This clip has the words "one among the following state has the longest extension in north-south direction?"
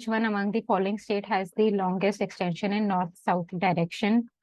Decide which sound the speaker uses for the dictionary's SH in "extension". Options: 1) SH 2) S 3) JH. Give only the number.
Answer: 1